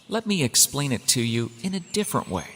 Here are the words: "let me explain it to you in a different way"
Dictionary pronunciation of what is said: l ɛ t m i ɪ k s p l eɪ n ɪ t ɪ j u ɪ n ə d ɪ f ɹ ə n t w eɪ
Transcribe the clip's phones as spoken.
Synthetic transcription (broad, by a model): l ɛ t m i ɪ k s p l eɪ n ɪ t ɪ j u ɪ n ə d ɪ f ɹ ə n t w eɪ